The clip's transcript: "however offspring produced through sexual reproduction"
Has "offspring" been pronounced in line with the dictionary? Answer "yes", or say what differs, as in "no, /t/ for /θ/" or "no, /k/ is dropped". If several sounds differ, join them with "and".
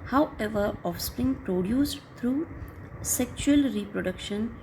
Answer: yes